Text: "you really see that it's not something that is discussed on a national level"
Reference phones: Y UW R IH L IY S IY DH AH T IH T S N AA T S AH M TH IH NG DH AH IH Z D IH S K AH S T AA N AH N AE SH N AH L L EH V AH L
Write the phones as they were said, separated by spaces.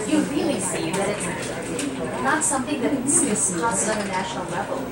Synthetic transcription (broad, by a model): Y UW R IH L IY S IY DH AH T IH T S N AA T S AH M TH IH NG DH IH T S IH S AH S AH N AH N AE SH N L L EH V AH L